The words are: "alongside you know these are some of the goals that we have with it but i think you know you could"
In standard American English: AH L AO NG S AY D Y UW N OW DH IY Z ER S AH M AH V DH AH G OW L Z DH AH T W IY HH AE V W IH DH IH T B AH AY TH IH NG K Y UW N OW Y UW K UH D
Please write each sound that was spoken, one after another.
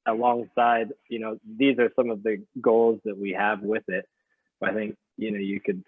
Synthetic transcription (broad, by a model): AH L AO NG S AY D Y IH N OW DH IY Z ER S AH M AH V DH AH G OW L Z DH AH T W IY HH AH V W IH DH IH T B AH AY TH IH NG K Y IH N OW Y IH K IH D